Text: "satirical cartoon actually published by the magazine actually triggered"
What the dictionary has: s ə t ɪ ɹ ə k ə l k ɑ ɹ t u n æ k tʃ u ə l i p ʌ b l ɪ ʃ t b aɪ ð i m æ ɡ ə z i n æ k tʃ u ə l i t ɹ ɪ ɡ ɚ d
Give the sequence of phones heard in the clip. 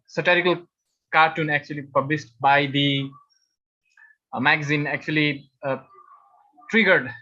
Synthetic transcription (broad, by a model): s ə t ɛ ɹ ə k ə l k ɑ ɹ t u n æ k tʃ u ə l i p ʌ b l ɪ s t b aɪ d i m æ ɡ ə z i n æ k tʃ u ə l i t ɹ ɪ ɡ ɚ d